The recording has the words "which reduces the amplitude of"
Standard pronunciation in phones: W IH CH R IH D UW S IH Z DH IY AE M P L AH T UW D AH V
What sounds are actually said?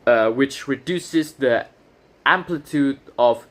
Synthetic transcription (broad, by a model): W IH CH R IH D UW S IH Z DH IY AE M P L AH T UW D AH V